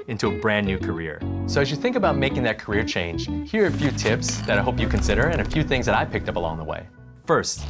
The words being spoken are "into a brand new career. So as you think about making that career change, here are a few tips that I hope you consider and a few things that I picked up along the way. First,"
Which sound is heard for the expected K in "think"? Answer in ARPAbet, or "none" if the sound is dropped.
K